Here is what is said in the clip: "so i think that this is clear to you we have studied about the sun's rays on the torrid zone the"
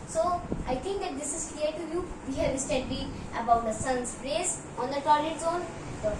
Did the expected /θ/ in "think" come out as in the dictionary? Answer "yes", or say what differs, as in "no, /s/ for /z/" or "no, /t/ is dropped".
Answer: no, /t/ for /θ/